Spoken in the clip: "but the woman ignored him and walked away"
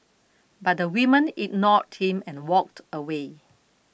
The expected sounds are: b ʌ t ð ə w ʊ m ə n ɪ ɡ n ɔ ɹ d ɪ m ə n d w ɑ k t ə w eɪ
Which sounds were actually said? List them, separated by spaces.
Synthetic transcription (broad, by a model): b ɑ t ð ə w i m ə n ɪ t n ɔ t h ɪ m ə n w ɑ k t ə w eɪ